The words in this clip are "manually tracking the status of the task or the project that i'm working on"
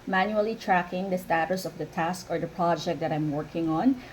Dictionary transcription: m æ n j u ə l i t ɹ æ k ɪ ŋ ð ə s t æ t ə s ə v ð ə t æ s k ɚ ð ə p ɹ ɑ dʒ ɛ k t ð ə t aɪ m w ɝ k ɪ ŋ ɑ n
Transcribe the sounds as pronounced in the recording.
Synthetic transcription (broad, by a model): m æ n j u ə l i t ɹ æ k ɪ ŋ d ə s t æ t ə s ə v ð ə t æ s k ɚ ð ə p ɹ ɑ dʒ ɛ k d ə t aɪ m w ɝ k ɪ ŋ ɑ n